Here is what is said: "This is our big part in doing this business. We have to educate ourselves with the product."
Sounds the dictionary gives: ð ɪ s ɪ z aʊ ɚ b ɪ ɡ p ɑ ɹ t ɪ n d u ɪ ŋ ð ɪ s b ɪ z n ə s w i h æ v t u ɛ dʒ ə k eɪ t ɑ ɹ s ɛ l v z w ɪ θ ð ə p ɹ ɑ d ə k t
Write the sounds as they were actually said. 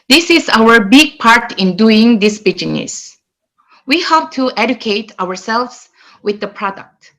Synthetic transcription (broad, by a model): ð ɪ s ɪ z aʊ ɚ b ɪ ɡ p ɑ ɹ t ɪ n d u ɪ ŋ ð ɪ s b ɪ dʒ n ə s w i h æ p t u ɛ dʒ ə k eɪ t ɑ ɹ s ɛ l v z w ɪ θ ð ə p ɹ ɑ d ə k t